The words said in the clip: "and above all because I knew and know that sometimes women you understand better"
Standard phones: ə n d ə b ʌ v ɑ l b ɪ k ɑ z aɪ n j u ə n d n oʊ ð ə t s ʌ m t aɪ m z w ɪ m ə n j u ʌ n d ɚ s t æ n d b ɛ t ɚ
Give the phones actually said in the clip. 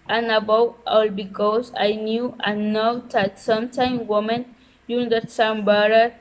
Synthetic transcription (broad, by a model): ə n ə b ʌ w ɑ l b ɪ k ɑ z aɪ n j u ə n n oʊ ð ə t s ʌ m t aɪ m w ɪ m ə n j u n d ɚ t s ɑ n b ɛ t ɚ